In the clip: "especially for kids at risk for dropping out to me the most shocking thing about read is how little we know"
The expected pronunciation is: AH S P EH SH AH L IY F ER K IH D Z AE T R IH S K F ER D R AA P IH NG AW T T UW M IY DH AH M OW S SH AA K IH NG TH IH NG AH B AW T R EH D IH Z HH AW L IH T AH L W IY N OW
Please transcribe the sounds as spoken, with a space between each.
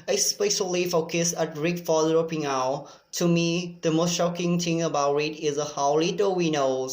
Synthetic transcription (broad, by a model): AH S P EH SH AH L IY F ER K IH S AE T R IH K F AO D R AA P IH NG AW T T UW M IY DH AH M OW S SH AA K IH NG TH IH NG AH B AW T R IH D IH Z HH AW L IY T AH W IY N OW